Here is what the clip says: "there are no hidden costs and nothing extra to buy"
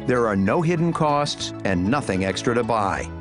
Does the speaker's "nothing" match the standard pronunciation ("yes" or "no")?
yes